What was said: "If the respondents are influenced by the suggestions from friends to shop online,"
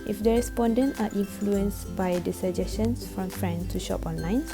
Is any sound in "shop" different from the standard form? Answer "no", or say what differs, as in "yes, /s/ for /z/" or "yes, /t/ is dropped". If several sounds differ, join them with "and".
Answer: no